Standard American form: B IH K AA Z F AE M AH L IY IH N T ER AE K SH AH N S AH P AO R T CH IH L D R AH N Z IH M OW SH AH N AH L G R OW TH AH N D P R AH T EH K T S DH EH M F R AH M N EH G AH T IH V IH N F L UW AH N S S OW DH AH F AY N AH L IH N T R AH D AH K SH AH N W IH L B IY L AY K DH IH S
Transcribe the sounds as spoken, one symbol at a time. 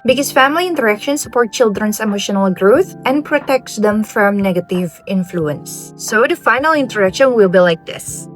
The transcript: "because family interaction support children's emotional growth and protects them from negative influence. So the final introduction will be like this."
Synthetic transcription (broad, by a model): B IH K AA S F AE M AH L IY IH N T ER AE K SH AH N S AH P AO R T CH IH L D R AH N S IH M OW SH AH N AH L G R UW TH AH N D P R AH T EH K T S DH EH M F R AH M N EH G AH T IH V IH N F L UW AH N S S OW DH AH F AY N AH L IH N T AH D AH K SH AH N W IH L B IY L AY K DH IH S